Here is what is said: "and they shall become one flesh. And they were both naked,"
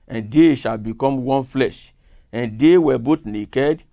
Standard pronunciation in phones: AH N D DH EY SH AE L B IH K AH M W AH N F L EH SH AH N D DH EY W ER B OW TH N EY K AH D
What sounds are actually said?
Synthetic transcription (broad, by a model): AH N D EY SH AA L B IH K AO M W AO N F L EH SH AH N D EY W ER B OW T N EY K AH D